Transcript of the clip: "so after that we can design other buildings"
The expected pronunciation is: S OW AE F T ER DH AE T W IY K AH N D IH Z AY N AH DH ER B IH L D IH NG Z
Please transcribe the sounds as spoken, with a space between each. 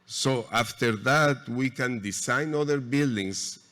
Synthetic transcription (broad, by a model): S OW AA F T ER DH AE T W IY K AH N D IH S AY N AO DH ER B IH L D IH NG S